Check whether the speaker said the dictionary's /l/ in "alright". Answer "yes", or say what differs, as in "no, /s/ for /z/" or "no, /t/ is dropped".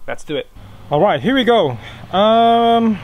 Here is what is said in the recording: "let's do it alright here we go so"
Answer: yes